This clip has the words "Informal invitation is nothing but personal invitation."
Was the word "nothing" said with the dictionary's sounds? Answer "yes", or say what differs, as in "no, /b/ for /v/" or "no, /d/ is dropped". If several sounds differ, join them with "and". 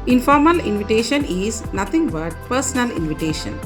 no, /t/ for /θ/